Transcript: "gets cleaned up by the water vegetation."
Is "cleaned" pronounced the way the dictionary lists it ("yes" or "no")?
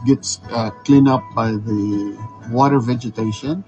no